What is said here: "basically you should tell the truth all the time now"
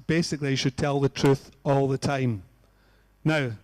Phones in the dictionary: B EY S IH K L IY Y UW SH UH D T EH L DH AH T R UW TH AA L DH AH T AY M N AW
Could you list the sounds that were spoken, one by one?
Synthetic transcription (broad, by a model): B EY S IH K L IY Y SH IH D T EH L DH AH T R UW TH AA L DH AH T AY M N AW